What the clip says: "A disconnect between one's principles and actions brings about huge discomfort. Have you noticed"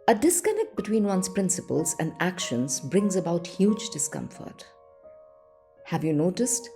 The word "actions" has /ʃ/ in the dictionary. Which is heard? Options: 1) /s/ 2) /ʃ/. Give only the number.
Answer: 2